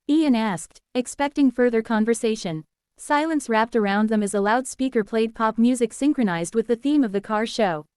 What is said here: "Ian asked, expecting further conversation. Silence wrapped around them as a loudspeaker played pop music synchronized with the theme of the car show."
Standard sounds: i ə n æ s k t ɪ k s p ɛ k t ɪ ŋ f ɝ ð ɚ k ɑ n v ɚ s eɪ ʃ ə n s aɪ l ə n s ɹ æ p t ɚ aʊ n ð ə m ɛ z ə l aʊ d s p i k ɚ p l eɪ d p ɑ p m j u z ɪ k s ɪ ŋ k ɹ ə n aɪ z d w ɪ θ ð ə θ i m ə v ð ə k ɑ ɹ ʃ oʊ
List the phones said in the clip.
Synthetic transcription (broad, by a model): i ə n æ s k t ɪ k s p ɛ k t ɪ ŋ f ɝ ð ɚ k ɑ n v ɚ s eɪ ʃ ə n s aɪ l ə n s ɹ æ p t ɚ aʊ n ð ə m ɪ z ə l aʊ d s p i k ɚ p l eɪ d p ɑ p m j u z ɪ k s ɪ ŋ k ɹ ə n aɪ z d w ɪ ð ə θ i m ə v ð ə k ɑ ɹ ʃ oʊ